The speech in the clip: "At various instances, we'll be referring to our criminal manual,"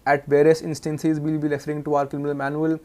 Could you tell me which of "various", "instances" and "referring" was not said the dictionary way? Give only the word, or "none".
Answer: referring